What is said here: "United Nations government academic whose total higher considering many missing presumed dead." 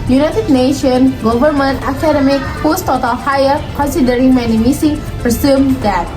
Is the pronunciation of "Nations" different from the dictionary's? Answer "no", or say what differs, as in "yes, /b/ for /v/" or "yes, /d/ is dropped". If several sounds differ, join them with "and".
yes, /z/ is dropped